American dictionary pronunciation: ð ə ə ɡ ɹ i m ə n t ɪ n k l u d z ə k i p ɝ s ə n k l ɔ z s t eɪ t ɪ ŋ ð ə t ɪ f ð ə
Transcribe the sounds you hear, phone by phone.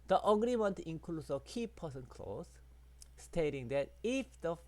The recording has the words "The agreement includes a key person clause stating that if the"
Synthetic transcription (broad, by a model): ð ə ə ɡ ɹ i m ə n t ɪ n k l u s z ə k i p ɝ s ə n k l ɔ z s t eɪ t ɪ ŋ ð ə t ɪ f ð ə